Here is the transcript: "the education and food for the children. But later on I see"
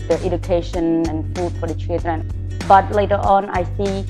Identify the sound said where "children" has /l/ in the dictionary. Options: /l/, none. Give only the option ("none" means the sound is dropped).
none